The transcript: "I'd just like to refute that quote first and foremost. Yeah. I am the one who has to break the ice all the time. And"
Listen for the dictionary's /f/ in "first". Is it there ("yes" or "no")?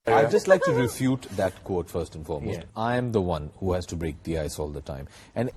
yes